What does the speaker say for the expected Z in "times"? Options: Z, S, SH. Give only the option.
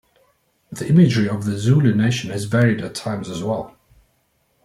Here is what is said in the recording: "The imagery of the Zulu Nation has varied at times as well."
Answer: Z